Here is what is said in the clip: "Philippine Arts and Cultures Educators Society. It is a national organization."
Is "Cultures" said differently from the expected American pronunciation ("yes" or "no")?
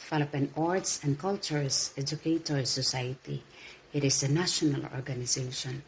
yes